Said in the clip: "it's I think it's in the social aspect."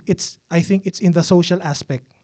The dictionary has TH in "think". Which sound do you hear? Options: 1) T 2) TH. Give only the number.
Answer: 2